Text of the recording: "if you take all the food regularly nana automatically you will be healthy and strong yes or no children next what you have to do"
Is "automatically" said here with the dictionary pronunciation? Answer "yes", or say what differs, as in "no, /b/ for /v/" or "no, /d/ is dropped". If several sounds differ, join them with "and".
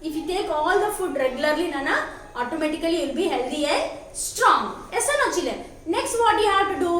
no, /l/ is dropped